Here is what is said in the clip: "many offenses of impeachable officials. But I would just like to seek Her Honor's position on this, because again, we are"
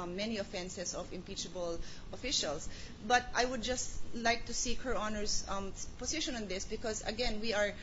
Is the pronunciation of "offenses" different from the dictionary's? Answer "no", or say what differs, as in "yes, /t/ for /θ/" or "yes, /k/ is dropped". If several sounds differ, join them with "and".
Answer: yes, /s/ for /z/